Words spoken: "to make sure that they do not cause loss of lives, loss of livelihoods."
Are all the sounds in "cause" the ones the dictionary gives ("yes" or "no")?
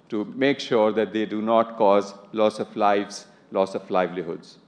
yes